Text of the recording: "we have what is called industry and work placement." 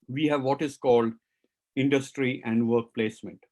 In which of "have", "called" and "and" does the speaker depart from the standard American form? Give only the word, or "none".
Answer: none